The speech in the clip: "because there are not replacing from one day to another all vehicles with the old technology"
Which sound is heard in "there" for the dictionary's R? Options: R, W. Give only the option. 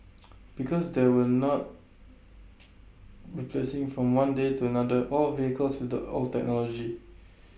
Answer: W